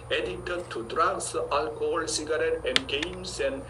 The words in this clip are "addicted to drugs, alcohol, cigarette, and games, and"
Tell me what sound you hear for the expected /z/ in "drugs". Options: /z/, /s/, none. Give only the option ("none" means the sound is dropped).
/s/